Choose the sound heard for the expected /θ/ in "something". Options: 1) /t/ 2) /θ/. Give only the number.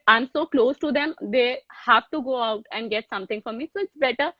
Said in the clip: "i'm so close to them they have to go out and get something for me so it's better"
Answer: 1